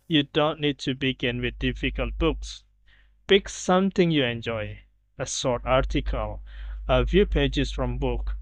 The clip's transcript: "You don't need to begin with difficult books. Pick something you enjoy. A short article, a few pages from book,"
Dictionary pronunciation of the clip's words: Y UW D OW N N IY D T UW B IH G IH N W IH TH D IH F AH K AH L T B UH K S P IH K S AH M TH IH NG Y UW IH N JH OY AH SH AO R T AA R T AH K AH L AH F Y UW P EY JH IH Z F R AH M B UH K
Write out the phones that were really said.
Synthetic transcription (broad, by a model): Y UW D OW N N IY D T UW B IH G IH N W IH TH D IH F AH K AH L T B UH K S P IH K S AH M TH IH NG Y UW IH N JH OY AH S AO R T AA R T AH K AH L AH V Y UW P EY JH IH S F R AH M B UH K